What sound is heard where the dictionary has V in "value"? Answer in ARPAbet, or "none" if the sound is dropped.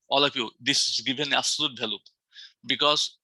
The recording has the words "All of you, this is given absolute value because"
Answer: B